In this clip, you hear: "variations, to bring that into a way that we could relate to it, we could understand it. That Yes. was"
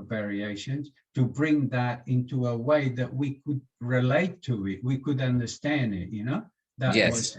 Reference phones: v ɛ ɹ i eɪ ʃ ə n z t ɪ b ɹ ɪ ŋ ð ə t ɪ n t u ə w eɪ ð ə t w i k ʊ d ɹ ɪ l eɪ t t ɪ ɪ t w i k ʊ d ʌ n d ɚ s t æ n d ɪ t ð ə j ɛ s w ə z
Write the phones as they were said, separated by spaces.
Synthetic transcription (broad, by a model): v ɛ ɹ i eɪ ʃ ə n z t ɪ b ɹ ɪ ŋ ð ə t ɪ n t u ə w eɪ ð ə t w i k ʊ d ɹ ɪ l eɪ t t ɪ ɪ t w i k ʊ d ʌ n d ɚ s t æ n d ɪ t ð ə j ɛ w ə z